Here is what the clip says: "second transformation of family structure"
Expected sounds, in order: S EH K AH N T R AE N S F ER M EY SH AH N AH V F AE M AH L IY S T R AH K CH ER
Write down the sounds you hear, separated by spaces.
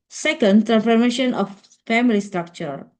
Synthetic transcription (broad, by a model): S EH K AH N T R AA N F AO M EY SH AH N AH F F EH M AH L IY S T R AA K CH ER